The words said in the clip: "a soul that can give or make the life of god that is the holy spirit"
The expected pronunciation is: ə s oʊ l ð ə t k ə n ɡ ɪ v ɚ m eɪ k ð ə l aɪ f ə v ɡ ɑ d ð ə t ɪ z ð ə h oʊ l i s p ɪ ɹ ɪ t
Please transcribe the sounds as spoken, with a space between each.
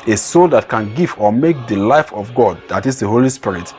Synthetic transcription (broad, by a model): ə s oʊ l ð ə t k ə n ɡ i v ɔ m eɪ k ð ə l aɪ f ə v ɡ ɑ d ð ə t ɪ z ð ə h oʊ l i s p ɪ ɹ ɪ t